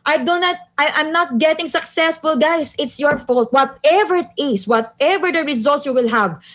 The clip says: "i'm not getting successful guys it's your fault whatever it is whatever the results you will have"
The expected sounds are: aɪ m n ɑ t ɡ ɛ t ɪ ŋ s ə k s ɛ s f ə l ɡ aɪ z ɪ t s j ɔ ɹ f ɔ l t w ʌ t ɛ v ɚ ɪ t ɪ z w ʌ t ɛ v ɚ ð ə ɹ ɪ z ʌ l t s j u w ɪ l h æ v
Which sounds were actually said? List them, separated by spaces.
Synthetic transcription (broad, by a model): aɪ m n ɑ t ɡ ɛ t ɪ ŋ s ə k s ɛ s f ə l ɡ aɪ s ɪ t s j ɔ ɹ f ɔ l t w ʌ t ɛ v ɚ ɪ t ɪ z w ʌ t ɛ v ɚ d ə ɹ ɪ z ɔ l t s j u w ɪ l h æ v